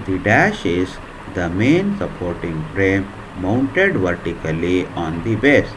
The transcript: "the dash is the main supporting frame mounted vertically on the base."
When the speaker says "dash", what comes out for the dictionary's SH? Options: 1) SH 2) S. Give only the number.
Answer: 1